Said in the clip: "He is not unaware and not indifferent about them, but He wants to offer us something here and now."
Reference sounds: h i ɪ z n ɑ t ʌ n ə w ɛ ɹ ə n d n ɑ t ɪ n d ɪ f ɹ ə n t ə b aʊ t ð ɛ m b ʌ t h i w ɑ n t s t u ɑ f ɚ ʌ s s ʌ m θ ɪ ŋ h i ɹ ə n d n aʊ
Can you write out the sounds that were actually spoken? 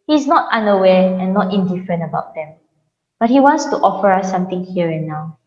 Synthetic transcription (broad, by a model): h i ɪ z n ɑ t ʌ n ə w ɛ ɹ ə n n ɑ t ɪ n d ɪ f ɹ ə n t ə b aʊ t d ɛ m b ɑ t h i w ɑ n t s t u ɑ f ɚ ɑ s s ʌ m t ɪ ŋ h i ɹ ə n n aʊ